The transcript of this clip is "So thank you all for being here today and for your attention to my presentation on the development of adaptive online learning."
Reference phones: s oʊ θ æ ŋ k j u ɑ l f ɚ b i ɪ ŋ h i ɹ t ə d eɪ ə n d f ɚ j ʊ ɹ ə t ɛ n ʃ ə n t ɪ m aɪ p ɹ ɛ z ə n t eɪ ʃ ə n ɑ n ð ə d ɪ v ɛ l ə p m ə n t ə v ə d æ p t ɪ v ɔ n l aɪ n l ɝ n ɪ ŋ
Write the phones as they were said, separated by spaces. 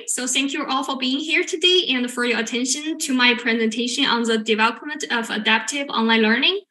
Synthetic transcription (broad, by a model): s oʊ θ æ ŋ k j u ɑ l f ɚ b i ɪ ŋ h i ɹ t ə d eɪ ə n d f ɚ j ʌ ɹ ə t ɛ n ʃ ə n t ɪ m aɪ p ɹ ɛ z ə n t eɪ ʃ ə n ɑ n ð ə d ɪ v ɛ l ə p m ə n t ə v ə d æ p t ɪ v ɔ n l aɪ n l ɝ n ɪ ŋ